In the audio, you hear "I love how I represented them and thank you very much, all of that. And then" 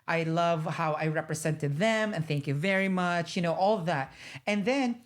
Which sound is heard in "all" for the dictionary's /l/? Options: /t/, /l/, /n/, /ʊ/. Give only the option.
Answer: /n/